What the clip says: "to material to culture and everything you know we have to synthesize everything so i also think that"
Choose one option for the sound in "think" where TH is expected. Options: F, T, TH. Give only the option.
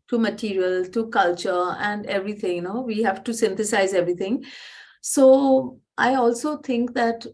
T